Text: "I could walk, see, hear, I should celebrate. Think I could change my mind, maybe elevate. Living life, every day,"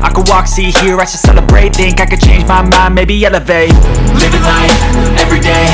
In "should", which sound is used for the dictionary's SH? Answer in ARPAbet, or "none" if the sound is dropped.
S